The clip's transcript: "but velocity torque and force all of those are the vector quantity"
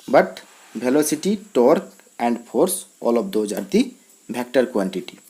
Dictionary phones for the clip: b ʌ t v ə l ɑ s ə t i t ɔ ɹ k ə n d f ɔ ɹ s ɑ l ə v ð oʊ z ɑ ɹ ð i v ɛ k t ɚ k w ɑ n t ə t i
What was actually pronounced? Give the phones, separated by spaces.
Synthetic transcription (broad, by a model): b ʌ t b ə l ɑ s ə t i t ɔ ɹ k ə n d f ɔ ɹ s ɑ l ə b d oʊ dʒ ɑ ɹ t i b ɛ k t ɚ k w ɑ n t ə t i